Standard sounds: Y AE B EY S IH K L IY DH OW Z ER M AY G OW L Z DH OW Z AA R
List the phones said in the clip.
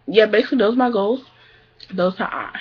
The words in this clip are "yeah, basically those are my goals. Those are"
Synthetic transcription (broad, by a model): Y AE B EY S IH K L IY DH OW Z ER M AY G OW L Z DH OW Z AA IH